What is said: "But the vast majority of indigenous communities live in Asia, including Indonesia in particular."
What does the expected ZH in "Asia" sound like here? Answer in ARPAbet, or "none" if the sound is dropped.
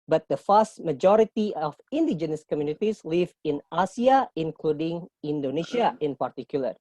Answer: S